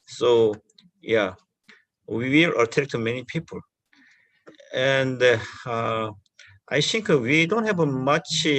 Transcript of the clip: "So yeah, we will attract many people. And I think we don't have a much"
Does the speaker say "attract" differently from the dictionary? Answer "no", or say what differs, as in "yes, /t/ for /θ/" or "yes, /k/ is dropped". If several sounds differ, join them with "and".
yes, /ɹ/ is dropped